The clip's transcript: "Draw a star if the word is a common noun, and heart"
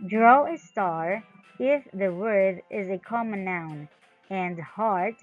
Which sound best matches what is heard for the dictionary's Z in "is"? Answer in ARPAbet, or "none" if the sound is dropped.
Z